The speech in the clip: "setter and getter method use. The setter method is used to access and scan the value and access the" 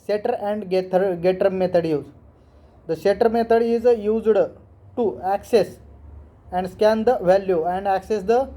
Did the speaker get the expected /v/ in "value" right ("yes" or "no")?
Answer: yes